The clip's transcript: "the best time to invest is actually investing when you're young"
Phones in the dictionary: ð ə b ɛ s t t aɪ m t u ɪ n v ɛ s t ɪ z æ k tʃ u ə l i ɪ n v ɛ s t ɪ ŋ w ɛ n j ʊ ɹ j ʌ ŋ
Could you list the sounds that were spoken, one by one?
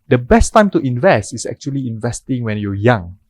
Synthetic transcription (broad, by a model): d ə b ɛ s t t aɪ m t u ɪ n v ɛ s t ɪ s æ k tʃ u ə l i ɪ n v ɛ s t ɪ ŋ w ɛ n j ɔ j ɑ ŋ